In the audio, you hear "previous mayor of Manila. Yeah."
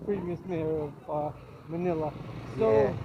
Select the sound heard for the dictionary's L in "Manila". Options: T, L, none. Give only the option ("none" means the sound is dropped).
L